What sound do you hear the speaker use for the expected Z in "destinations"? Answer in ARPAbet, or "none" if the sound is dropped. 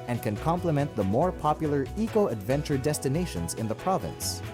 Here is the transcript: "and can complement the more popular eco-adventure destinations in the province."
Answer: Z